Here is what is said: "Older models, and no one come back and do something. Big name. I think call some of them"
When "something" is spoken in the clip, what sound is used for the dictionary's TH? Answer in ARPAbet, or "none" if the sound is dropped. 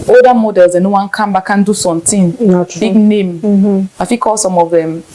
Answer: T